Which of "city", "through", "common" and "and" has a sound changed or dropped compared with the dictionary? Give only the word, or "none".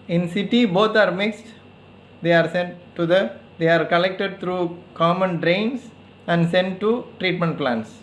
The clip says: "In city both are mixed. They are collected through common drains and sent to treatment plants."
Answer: through